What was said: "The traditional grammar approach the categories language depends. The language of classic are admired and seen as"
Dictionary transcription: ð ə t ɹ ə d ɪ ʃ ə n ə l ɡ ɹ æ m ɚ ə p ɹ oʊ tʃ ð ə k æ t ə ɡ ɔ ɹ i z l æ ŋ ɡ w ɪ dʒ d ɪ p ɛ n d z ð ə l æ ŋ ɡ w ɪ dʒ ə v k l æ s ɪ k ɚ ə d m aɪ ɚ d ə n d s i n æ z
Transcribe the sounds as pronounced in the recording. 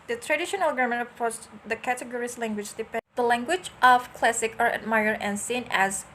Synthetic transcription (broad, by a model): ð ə t ɹ ə d ɪ ʃ ə n ə l ɡ ʌ m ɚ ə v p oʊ s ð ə k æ t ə ɡ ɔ ɹ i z l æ ŋ ɡ w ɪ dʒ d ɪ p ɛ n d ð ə l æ ŋ ɡ w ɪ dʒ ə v k l æ s ɪ k ɚ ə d m aɪ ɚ ə n s i n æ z